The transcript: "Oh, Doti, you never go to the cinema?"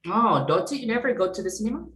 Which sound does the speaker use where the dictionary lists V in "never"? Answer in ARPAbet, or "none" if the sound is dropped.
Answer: V